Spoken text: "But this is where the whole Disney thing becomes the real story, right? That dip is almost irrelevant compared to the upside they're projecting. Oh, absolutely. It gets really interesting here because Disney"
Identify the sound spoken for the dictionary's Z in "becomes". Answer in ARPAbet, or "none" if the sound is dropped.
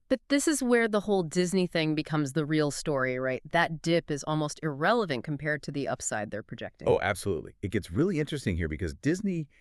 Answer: Z